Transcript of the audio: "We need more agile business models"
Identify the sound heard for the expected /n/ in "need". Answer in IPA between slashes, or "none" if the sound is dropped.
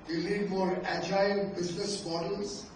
/l/